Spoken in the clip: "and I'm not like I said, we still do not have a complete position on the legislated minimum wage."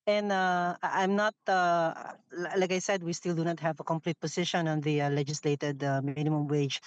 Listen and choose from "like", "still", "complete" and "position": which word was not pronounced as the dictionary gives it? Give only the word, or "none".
position